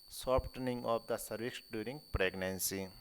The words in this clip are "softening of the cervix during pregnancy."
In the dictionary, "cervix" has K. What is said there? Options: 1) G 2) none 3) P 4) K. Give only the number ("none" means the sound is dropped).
2